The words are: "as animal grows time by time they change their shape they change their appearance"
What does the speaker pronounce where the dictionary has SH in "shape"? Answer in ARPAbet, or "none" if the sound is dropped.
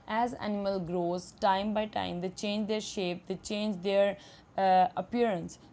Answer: SH